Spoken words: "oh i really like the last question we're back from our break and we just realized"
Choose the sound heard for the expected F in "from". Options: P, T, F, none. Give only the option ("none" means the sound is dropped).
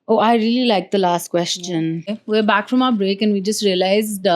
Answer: F